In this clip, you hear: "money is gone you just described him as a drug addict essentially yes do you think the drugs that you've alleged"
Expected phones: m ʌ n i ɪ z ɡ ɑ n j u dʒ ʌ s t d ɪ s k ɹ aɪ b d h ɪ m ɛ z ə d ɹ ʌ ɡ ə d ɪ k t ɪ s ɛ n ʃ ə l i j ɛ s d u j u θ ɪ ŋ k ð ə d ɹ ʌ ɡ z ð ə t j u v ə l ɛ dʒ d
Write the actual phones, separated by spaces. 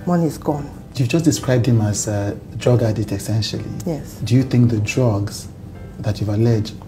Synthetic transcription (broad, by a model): m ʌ n i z ɡ ɑ n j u dʒ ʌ s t d ɪ s k ɹ aɪ b d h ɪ m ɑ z ə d ɹ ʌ ɡ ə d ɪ t ɪ s ɛ n ʃ ə l i j ɛ s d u j u θ ɪ ŋ k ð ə d ɹ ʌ ɡ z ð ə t j u v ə l ɛ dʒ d